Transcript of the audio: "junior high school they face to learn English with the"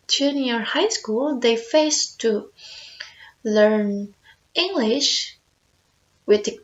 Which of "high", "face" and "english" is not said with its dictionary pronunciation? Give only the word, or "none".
none